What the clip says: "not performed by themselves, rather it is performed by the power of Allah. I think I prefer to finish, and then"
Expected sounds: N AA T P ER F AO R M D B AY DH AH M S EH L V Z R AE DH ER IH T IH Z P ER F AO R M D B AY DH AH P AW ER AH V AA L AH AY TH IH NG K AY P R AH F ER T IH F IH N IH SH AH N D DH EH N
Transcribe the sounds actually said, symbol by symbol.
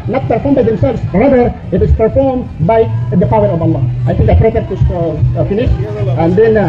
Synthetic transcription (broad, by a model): N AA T P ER F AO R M B AY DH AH M S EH L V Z R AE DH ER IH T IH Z P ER F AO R M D B AY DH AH P AW ER AH V AA L AH AY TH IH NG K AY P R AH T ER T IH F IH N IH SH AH N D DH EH N